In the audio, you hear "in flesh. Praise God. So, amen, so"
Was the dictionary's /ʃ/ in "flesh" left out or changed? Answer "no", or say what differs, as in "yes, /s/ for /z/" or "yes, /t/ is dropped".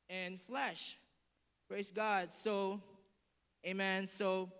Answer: no